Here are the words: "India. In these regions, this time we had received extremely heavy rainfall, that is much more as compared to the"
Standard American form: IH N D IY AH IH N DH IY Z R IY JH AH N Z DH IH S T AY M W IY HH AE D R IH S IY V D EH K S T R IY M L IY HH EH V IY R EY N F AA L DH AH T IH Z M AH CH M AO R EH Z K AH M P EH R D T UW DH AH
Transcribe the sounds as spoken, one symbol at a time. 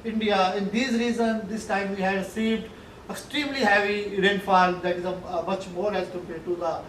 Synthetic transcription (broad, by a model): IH N D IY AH IH N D IY Z R IY Z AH N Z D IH S T AY M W IY HH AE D S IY D EH K S T R IY M L IY HH EH V IY R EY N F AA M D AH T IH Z M AH CH M AO R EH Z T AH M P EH T UW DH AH